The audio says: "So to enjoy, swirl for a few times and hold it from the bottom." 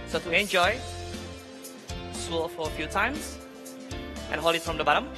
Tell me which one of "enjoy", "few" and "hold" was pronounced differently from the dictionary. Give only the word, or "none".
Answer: hold